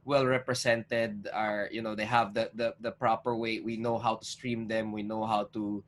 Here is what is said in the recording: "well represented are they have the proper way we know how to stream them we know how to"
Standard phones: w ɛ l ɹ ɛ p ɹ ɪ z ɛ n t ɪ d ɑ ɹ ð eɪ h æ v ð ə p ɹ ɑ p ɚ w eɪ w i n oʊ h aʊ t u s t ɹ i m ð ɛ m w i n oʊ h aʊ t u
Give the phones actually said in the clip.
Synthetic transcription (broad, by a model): w ɛ l ɹ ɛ p ɹ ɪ s ɛ n t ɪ d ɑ ɹ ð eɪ h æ v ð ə p ɹ ɑ p ɚ w eɪ w i n oʊ h aʊ t u s t ɹ i m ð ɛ m w i n oʊ h aʊ t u